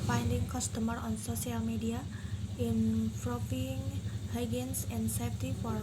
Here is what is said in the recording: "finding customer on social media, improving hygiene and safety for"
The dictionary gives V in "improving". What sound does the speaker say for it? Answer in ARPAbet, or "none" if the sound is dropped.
P